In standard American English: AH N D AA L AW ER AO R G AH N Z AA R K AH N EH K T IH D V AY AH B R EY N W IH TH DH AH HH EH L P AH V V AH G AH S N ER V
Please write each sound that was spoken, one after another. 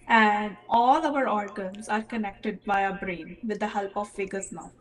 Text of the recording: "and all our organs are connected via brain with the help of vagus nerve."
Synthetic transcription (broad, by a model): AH N D AA L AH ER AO R G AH N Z AA R K AH N EH K T IH D B AY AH B R EY N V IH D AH HH EH L P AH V F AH G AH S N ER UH